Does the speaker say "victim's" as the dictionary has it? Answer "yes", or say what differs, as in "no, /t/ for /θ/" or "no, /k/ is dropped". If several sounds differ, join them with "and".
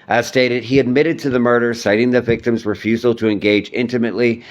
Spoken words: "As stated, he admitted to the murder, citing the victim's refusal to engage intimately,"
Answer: yes